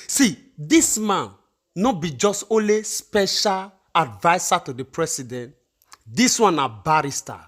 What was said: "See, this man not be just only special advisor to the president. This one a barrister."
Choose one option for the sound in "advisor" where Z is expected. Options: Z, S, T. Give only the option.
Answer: S